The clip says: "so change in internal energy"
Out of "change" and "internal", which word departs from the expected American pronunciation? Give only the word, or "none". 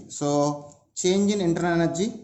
internal